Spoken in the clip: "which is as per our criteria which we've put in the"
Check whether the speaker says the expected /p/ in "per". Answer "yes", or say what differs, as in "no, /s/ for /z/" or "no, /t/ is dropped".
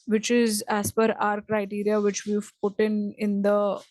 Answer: no, /f/ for /p/